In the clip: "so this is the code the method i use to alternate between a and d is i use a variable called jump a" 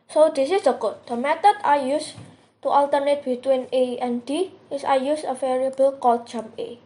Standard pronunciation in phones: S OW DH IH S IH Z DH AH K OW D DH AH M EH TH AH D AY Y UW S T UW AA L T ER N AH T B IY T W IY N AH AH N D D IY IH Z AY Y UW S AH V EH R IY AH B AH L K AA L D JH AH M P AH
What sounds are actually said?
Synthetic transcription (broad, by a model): S OW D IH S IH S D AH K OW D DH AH M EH T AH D AY Y UW S T UW AA L T ER N AH T B IY T W IY N AH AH N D D IY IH S AY Y UW S AH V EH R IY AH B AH L K AA L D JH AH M AH